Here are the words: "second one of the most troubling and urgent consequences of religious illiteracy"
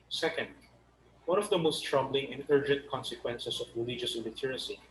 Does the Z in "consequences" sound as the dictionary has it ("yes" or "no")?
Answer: no